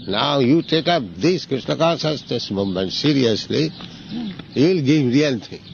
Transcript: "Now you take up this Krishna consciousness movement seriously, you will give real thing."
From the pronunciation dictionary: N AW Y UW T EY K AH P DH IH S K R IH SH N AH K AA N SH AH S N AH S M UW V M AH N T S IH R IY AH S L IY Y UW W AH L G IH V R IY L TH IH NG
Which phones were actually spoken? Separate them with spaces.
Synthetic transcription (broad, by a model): N AW Y UW T EY K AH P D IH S K R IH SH N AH K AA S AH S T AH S M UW M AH N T S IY R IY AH S L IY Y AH L G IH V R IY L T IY